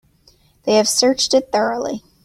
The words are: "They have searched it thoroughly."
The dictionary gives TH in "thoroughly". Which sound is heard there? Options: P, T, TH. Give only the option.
TH